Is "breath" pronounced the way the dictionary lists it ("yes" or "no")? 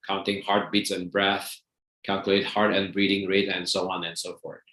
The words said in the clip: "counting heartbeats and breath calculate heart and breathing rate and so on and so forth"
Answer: yes